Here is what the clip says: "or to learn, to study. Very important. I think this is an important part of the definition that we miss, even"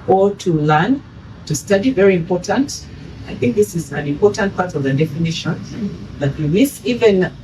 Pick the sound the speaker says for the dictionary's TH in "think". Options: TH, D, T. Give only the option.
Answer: TH